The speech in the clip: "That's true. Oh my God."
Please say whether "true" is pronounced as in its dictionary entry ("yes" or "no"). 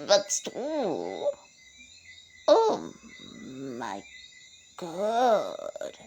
no